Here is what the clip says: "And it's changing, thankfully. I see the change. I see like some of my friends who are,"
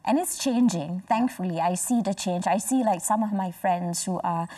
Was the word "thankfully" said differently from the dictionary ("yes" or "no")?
no